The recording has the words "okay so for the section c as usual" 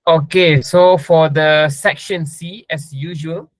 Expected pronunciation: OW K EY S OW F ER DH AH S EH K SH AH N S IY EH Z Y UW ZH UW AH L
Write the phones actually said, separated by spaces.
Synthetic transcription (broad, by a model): OW K EY S OW F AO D AH S EH K SH AH N S IY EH S Y UW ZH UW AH L